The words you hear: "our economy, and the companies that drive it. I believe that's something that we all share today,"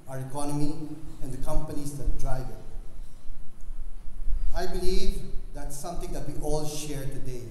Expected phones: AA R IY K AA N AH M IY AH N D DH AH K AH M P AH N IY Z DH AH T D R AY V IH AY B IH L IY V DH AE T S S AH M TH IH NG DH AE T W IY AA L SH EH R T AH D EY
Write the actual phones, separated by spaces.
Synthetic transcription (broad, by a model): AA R IY K AA N AH M IY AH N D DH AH K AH M P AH N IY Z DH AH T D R AY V IH AY B IH L IY V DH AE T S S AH M T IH NG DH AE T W IY AA L SH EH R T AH D EY